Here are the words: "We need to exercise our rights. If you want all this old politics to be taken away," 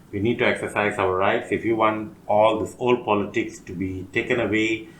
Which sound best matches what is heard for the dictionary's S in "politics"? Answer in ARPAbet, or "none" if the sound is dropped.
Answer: S